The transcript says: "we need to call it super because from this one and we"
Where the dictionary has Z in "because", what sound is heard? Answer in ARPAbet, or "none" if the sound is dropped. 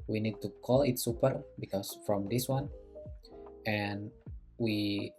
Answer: S